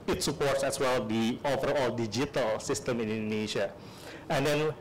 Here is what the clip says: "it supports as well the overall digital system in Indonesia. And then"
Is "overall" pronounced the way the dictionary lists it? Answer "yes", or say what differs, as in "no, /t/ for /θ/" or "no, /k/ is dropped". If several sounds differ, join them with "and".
no, /f/ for /v/